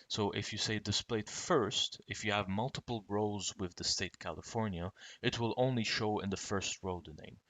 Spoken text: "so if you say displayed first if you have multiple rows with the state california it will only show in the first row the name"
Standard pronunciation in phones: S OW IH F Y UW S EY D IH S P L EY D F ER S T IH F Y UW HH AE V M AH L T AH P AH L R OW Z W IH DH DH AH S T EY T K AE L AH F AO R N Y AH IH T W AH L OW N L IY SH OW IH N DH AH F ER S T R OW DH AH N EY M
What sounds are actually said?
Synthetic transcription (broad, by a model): S OW IH F Y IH S EY D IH S P L EY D F ER S T IH F Y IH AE V M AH L T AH P L R OW Z W IH DH DH AH S T EY T K AE L AH F AO R N Y AH IH T W AH L OW N L IY SH OW IH N DH AH F ER S T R OW DH AH N EY M